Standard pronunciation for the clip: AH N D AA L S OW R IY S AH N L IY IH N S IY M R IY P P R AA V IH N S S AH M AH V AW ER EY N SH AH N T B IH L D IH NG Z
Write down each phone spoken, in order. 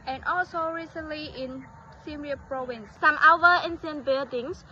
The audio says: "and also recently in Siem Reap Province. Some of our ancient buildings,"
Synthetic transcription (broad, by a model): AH N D AA L S OW R IY S AH N L IY IH N S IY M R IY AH P R AA V IH N S S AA M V AW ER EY N S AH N B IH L D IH NG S